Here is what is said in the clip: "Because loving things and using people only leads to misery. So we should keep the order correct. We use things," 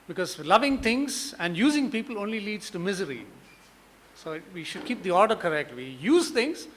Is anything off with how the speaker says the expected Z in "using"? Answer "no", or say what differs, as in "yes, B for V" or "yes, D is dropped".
no